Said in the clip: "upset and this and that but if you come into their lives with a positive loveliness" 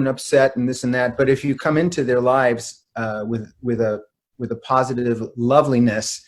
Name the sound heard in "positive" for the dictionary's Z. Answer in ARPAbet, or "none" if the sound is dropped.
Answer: Z